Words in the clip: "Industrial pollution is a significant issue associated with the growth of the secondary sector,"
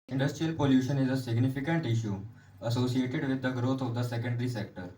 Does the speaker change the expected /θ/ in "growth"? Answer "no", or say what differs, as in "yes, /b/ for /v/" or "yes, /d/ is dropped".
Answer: yes, /t/ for /θ/